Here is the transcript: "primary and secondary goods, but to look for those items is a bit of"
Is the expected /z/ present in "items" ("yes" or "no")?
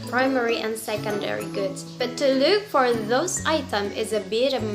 no